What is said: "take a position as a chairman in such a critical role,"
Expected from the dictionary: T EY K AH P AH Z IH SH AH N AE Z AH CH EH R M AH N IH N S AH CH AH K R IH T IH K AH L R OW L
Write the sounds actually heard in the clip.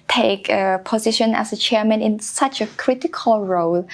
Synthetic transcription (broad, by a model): T EY K AH P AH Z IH SH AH N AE S AH CH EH M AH N IH N S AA CH AH K R IH T IH K AH L R OW L